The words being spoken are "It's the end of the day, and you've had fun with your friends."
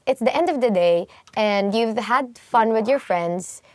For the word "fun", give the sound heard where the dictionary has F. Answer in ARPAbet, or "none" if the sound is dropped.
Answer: F